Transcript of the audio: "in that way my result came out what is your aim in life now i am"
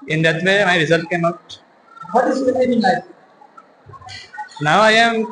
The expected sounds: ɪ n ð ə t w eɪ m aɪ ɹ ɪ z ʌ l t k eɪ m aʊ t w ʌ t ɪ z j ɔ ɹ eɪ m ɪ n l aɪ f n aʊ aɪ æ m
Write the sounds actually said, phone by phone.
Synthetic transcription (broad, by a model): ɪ n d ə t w eɪ m aɪ ɹ ɪ z ʌ l t k eɪ m aʊ t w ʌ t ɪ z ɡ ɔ l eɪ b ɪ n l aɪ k n aʊ aɪ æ m